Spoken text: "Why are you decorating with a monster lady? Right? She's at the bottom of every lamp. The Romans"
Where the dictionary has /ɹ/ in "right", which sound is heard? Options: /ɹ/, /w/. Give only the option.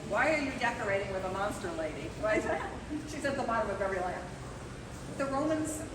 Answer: /w/